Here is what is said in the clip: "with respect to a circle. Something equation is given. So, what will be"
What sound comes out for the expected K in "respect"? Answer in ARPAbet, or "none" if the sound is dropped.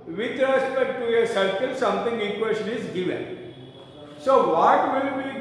none